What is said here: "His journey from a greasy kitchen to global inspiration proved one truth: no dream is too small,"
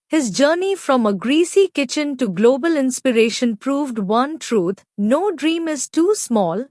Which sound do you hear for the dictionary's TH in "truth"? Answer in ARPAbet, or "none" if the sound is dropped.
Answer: T